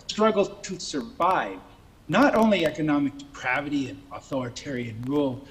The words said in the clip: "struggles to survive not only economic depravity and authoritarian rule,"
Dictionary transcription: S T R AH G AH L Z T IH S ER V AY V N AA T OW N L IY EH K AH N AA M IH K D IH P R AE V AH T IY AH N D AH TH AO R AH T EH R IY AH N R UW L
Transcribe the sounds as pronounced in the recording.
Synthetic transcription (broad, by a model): S T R AH G L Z T IH S ER V AY V N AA T OW N L IY EH K AH N AA M IH K D IH P R AE V AH T IY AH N AH TH AO R AH T EH R IY AH N R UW L